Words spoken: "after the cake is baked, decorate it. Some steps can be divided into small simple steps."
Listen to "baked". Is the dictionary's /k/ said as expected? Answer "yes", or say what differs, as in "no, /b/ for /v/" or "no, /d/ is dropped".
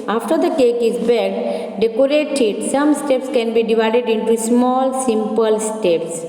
no, /k/ is dropped